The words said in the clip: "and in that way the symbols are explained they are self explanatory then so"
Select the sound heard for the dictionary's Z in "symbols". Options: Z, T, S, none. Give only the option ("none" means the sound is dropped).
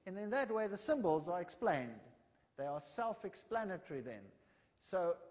Z